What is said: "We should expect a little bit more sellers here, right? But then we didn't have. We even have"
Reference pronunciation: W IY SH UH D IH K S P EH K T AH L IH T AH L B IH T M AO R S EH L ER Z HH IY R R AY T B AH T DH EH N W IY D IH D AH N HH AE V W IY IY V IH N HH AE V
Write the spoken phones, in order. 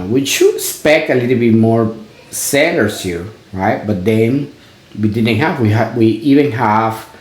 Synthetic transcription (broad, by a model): W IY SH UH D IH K S P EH K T AH L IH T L B IH T M AO R S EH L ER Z HH IY R R AY T B AH T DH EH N W IY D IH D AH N HH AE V W IY IY V IH N HH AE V